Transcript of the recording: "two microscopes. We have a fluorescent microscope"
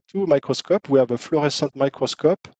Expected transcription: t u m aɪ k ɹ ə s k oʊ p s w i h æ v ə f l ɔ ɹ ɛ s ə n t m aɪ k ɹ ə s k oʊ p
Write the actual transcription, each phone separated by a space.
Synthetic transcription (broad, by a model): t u m aɪ k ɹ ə s k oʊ p w i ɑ v ə f l ɔ ɹ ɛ s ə t m aɪ k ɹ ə s k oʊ p